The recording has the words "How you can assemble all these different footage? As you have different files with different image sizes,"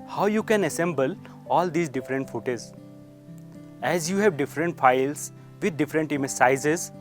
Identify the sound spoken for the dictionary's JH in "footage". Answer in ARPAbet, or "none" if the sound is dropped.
Z